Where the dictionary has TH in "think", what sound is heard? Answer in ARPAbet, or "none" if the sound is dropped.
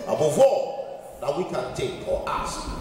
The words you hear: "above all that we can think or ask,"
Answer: T